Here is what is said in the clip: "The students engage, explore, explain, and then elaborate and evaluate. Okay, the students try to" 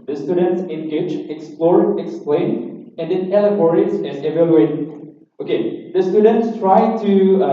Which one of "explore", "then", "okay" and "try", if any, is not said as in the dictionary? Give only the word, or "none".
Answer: then